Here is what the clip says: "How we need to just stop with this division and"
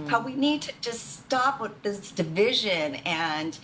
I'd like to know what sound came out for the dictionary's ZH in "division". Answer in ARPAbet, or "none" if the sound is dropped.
ZH